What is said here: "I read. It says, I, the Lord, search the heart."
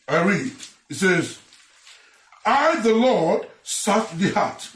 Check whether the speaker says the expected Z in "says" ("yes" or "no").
yes